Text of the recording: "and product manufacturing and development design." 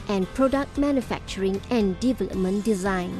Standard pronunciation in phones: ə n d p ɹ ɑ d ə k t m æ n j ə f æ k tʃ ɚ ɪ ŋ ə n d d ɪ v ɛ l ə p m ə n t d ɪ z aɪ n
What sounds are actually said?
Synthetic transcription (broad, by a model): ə n p ɹ ɑ d ə k t m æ n j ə f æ k tʃ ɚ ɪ ŋ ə n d d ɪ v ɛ l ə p m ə n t d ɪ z aɪ n